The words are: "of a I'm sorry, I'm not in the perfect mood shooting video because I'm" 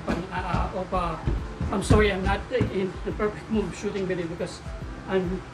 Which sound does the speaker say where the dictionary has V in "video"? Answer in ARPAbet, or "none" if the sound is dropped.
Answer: B